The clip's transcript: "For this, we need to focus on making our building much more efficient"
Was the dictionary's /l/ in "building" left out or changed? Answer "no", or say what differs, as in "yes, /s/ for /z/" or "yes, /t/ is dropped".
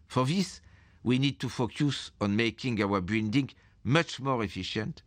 yes, /n/ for /l/